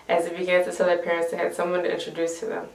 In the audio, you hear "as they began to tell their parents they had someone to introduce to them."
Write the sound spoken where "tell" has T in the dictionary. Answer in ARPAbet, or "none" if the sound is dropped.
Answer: S